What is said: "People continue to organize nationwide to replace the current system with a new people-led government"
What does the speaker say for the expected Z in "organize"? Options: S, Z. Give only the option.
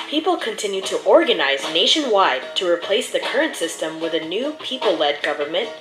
Z